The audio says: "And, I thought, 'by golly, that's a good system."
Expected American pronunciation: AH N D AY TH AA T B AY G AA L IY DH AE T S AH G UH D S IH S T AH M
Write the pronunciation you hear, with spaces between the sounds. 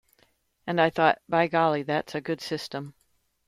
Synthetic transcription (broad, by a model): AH N AY TH AA T B AY G AA L IY DH AE T S AH G UH D S IH S T AH M